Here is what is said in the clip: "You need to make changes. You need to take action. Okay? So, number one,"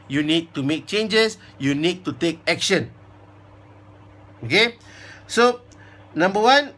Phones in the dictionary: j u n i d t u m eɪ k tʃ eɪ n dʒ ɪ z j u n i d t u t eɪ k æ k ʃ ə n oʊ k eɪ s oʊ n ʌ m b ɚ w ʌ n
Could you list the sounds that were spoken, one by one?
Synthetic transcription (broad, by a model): j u n i d t u m eɪ k tʃ eɪ n dʒ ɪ s j u n i d t u t eɪ k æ k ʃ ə n oʊ k eɪ s oʊ n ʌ m b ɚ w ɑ n